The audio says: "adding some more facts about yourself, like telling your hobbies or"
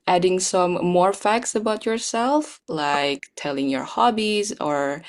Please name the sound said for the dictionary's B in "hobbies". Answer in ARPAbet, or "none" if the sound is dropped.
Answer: B